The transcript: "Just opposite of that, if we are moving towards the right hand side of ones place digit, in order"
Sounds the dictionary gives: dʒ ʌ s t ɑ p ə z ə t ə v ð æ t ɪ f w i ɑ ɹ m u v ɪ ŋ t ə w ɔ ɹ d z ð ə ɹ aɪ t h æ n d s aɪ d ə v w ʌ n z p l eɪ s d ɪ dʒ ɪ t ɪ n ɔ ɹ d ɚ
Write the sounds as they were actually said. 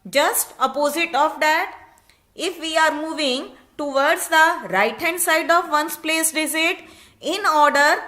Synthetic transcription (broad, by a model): dʒ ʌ s t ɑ p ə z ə t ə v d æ t ɪ f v i ɑ ɹ m u v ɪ ŋ t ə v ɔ ɹ d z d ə ɹ aɪ t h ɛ n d s aɪ d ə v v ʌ n s p l eɪ s d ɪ z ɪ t ɪ n ɔ ɹ d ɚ